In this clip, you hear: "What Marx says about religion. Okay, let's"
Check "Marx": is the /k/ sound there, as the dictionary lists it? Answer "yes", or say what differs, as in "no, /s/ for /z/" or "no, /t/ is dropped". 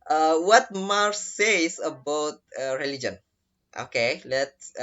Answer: no, /k/ is dropped